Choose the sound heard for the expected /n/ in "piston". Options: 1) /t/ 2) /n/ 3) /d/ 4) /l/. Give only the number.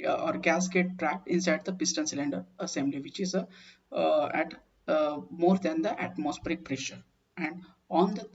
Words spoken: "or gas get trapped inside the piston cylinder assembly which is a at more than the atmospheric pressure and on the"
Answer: 2